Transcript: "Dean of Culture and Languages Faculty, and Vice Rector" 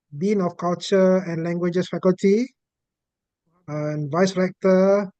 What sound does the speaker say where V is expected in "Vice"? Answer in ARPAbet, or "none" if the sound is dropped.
V